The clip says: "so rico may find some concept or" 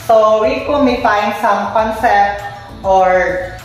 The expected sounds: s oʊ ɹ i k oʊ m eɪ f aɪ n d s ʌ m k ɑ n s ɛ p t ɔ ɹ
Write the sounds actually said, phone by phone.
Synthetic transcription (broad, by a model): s oʊ w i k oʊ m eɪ f aɪ n d s ʌ m k ɑ n s ɛ p t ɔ ɹ